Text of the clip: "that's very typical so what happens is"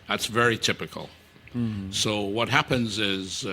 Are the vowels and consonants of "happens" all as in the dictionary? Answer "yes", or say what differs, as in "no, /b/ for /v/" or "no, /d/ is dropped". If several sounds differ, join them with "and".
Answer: yes